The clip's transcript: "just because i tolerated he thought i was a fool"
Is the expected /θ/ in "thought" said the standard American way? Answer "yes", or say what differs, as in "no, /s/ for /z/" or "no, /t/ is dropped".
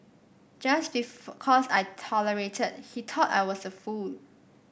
no, /t/ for /θ/